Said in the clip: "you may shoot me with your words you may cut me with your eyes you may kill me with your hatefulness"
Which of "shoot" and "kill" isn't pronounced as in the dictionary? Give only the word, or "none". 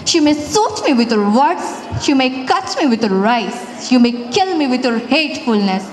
shoot